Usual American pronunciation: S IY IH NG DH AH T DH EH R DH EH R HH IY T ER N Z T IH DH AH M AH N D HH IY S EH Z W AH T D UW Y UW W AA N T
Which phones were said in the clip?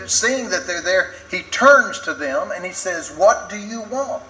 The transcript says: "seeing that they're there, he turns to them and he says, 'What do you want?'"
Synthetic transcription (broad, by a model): S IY IH NG DH AH T DH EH R DH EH R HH IY T ER N Z T IH DH AH M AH N IY S EH Z W AH T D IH Y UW W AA N T